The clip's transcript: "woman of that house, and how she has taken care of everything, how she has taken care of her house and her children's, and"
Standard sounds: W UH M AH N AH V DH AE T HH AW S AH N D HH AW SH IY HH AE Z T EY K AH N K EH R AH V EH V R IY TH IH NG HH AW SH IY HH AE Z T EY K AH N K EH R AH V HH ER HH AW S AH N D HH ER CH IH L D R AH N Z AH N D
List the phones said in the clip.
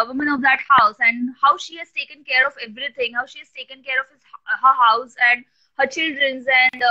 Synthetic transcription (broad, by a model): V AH M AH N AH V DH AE T HH AW S AH N D HH AW SH IY HH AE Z T EY K AH N K EH R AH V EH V R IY T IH NG HH AW SH IY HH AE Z T EY K AH N K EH R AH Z HH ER HH AW S AH N D HH ER CH IH L D R AH N Z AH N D